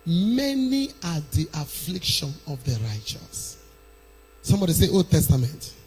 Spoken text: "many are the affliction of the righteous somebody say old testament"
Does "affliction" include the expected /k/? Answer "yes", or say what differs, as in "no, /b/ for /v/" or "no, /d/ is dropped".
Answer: yes